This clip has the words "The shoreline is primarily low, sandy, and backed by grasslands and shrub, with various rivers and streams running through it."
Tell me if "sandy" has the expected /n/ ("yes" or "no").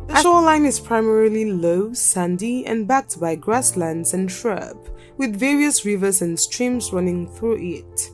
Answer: yes